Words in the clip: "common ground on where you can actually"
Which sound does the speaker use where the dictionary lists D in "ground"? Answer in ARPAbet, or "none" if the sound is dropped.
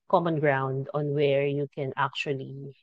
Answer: D